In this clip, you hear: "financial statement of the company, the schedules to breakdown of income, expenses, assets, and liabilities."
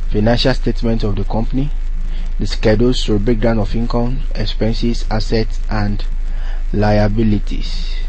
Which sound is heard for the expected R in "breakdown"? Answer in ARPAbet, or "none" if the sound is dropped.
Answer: none